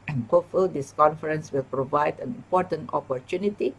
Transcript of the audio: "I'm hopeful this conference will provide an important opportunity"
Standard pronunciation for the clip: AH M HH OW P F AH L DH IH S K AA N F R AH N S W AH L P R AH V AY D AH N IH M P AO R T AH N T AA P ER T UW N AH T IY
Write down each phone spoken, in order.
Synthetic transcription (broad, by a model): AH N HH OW F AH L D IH S K AA N F R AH N S W AH L P R AH V AY D AH N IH M P AO T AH N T AA P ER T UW N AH T IY